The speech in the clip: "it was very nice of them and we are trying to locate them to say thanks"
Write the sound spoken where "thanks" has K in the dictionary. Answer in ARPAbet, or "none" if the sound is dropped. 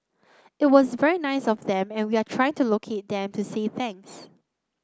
none